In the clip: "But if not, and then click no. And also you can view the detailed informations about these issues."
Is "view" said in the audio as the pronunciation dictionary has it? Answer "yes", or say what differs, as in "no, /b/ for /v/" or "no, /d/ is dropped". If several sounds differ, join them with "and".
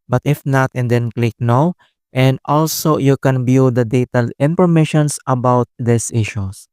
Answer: no, /b/ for /v/